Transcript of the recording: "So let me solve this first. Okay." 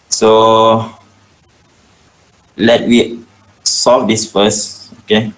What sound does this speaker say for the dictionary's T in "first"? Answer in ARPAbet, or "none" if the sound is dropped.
none